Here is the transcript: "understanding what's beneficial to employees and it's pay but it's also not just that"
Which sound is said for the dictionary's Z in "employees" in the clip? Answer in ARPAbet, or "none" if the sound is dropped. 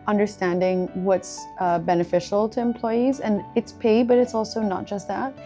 Z